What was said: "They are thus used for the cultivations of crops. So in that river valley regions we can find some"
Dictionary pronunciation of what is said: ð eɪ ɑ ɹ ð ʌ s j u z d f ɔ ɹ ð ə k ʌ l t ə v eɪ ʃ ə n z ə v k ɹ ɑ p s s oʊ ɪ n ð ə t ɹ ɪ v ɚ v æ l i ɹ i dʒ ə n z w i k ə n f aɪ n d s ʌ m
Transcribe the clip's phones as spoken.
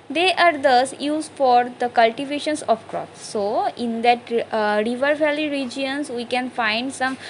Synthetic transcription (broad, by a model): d eɪ ɑ ɹ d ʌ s j u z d f ɔ ɹ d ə k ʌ l t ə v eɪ ʃ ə n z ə p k ɹ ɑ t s s oʊ ɪ n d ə t ɹ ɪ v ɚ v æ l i ɹ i dʒ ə n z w i k ə n f aɪ n d s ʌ m